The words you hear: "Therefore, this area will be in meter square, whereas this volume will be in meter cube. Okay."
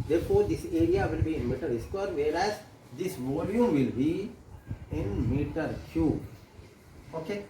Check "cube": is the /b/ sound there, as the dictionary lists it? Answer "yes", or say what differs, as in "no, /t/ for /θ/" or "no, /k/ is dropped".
no, /b/ is dropped